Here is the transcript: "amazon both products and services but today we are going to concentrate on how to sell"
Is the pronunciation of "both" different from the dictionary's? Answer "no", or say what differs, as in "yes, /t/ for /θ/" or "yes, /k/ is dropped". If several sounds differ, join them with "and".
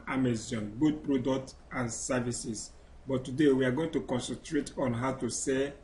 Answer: yes, /t/ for /θ/